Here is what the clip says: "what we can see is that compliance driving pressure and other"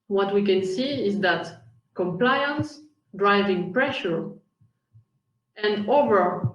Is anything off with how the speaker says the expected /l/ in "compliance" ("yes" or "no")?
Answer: no